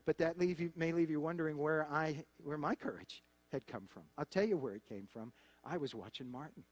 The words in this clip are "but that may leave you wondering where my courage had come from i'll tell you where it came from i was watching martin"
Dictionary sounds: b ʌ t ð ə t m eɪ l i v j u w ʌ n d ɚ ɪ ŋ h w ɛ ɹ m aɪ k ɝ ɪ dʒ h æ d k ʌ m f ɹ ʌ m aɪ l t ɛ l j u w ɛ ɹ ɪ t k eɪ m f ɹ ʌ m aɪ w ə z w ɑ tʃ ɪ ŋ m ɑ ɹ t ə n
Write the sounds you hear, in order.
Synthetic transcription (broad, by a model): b ʌ t ð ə t m eɪ l i v j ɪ w ʌ n d ɚ ɪ ŋ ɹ w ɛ ɹ m aɪ k ɝ ɪ dʒ h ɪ d k ʌ m f ɹ ʌ m aɪ l t ɛ l j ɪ w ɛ ɹ ɪ t k eɪ m f ɹ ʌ m aɪ w ə z w ɑ tʃ ɪ ŋ m ɑ ɹ t n